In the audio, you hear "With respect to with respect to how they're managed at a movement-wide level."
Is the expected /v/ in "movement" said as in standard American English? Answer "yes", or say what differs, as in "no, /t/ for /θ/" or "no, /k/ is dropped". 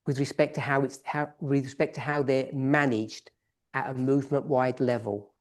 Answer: yes